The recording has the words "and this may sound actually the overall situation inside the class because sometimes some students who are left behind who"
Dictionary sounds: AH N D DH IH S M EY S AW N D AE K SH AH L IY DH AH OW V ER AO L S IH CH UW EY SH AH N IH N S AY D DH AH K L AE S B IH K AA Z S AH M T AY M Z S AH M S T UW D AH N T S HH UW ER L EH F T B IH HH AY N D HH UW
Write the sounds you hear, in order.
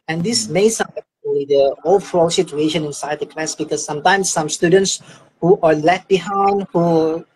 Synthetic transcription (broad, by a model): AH N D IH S M EY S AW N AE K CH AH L IY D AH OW F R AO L S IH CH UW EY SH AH N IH N S AY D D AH K L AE S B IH K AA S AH M T AY M S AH M S T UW D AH N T S HH UW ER L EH T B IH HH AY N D HH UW